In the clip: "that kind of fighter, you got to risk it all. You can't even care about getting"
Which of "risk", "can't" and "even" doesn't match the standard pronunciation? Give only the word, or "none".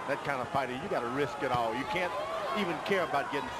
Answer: none